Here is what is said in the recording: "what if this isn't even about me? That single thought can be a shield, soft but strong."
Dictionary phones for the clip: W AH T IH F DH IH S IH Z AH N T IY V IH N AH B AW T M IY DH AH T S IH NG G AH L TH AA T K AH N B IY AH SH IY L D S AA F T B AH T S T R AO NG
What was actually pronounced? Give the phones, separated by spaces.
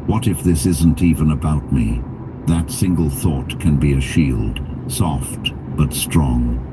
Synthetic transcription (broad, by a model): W AH T IH F DH IH S IH Z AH N T IY V IH N AH B AW T M IY DH AH T S IH NG G AH L TH AA T K AH N B IY AH SH IY L D S AA F T B AH T S T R AO NG